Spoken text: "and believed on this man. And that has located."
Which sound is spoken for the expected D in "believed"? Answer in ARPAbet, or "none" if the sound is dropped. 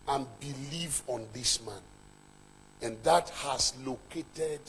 none